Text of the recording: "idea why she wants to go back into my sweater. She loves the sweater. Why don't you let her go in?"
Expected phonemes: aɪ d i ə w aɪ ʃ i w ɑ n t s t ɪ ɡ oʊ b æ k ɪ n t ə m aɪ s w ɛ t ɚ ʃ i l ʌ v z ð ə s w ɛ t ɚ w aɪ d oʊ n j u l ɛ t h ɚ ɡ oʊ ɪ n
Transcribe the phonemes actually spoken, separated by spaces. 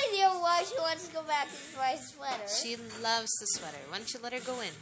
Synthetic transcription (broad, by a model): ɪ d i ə w aɪ ʃ i w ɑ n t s t ɪ ɡ oʊ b æ k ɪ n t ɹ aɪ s w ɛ t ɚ ʃ i l ʌ v z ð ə s w ɛ t ɚ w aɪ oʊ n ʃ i l ɛ t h ɚ ɡ oʊ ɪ n